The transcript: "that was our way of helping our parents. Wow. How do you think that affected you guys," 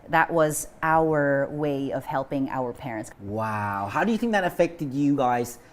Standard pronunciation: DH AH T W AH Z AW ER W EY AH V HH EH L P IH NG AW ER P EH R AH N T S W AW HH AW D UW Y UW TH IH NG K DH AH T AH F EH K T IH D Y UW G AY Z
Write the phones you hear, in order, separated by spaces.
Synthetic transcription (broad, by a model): DH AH T W AH Z AW ER W EY AH V HH EH L P IH NG AW ER P EH R AH N T S W AW HH AW D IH Y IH TH IH NG K DH AH T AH F EH K T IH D Y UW G AY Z